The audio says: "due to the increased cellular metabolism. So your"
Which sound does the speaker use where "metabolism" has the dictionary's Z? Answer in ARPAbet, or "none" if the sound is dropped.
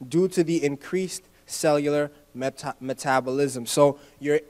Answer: Z